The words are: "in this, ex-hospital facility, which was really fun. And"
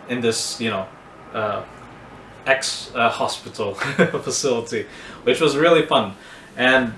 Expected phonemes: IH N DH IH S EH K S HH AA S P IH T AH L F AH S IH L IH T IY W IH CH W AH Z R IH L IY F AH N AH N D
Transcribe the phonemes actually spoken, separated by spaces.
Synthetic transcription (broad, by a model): IH N DH IH S EH K S HH AA S P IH T L F AH S IH L IH T IY W IH CH W AH Z R IH L IY F AH N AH N